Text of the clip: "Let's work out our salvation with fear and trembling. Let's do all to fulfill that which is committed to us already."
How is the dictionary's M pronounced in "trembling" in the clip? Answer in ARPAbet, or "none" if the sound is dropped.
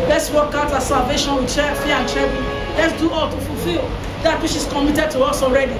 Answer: none